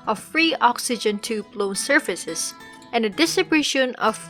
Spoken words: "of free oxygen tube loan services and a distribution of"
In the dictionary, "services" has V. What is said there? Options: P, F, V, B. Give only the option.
F